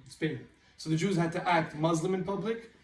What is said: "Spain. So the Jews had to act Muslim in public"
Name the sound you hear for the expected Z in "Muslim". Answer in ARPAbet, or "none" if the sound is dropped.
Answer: Z